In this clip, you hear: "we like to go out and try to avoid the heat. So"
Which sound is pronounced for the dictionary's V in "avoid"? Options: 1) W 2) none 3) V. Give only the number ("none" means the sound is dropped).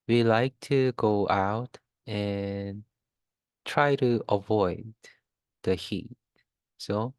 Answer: 3